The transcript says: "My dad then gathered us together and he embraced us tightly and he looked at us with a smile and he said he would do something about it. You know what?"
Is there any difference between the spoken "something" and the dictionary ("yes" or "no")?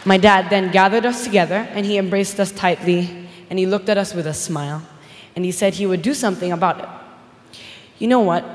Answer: no